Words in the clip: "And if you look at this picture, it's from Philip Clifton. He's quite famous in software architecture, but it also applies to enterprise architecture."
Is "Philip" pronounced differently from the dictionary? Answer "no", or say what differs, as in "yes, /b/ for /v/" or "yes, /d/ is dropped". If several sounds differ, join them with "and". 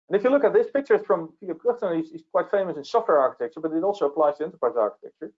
yes, /l/ is dropped